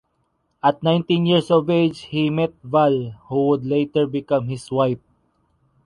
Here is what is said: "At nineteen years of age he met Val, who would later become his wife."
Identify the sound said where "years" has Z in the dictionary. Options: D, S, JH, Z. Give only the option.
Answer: S